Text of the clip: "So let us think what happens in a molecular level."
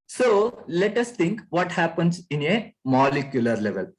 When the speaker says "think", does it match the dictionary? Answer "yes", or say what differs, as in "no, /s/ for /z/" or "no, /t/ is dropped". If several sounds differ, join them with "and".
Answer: no, /t/ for /θ/